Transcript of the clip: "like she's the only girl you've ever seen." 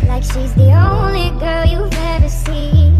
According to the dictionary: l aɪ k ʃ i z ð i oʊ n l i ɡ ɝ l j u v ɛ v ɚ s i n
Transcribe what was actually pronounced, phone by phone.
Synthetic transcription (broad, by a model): l aɪ k ʃ i z ð i oʊ n l i ɡ ɝ l j u v ɛ v ɚ s i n